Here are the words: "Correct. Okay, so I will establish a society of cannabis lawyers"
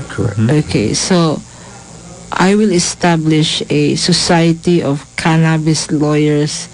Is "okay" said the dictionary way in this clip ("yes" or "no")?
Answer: yes